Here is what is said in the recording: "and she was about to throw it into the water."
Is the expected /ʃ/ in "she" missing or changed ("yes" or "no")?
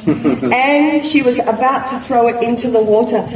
no